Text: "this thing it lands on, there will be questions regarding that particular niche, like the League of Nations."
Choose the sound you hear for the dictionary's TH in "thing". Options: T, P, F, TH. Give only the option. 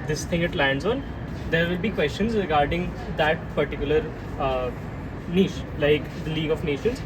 T